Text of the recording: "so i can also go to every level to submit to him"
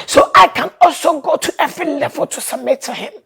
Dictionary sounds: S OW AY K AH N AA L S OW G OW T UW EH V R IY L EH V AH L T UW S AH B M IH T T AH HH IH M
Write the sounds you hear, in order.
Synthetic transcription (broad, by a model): S OW AY K AH N AA L S OW G OW T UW EH V R IY L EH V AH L T UW S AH M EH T T AH HH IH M